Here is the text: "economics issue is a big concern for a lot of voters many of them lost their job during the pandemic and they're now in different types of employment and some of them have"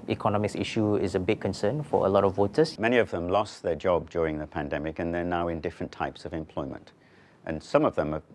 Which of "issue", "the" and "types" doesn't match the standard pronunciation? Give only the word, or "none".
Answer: none